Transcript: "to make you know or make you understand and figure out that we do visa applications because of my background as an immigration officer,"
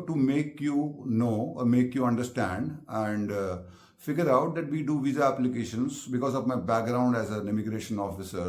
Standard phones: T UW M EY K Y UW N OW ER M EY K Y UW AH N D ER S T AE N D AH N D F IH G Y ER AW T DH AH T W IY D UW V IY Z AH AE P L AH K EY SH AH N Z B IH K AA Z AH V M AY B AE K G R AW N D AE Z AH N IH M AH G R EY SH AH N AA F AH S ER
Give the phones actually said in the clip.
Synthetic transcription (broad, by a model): T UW M EY K Y UW N OW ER M EY K Y UW AH N D ER S T AE N D AH N D F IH G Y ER AW T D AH T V IY D UW V IY Z AH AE P L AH K EY SH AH N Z B IH K AA Z AH V M AY B AE K G R AW N D AE Z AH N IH M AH G R EY SH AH N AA F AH S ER